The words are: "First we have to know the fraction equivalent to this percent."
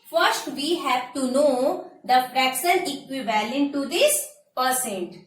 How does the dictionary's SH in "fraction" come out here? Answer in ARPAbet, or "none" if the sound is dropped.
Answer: S